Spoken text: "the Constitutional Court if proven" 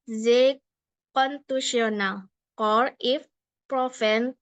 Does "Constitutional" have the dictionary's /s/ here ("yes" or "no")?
no